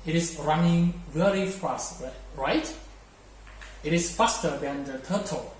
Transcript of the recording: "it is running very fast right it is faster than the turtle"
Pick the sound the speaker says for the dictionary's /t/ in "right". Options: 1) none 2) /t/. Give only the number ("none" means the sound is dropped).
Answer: 2